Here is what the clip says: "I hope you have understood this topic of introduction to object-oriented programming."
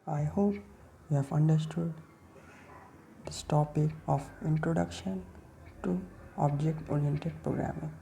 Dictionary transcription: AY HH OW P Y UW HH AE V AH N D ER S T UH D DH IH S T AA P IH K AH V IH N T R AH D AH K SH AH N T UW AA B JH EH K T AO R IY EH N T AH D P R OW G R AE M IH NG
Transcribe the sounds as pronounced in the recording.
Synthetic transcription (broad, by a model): AY HH OW P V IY HH AE V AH N D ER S T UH D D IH S T AA P IH K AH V IH N T R AH D AH K SH AH N T UW AA B JH EH K T AO R IY EH N T AH D P R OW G R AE M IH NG